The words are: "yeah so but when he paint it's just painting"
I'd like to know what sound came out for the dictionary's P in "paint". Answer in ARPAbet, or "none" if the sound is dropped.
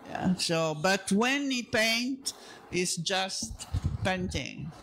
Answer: P